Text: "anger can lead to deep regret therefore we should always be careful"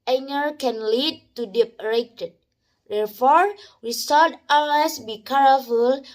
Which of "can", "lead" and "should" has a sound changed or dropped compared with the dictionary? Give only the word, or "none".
should